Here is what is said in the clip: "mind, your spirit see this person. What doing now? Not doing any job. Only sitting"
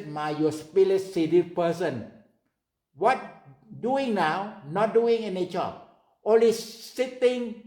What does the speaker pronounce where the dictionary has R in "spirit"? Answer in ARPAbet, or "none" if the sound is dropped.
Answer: L